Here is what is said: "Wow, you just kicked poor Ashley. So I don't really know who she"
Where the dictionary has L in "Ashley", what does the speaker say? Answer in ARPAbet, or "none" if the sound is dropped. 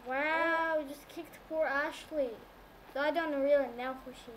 L